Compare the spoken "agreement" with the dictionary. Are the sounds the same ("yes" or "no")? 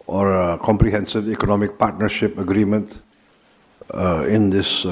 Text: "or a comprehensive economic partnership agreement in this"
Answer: yes